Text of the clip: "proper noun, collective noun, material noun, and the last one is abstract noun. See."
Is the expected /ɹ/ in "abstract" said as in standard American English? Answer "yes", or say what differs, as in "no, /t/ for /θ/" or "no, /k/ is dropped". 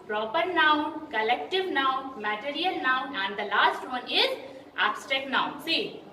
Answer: no, /ɹ/ is dropped